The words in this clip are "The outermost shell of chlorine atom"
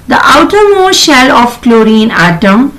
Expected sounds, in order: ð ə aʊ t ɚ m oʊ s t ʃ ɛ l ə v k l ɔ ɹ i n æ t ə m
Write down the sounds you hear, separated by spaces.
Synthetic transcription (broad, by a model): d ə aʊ t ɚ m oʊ ʃ ɛ l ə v k l ɔ ɹ i n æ t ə m